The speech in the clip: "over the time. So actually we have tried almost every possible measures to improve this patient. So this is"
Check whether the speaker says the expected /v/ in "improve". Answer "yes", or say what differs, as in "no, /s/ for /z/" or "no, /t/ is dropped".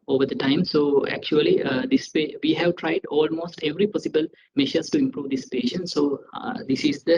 yes